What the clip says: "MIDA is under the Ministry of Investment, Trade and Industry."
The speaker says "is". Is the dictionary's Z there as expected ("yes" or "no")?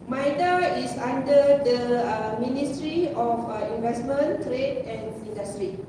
no